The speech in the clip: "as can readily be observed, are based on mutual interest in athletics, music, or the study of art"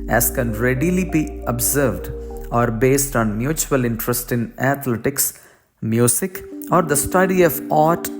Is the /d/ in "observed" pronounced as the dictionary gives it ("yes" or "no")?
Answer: yes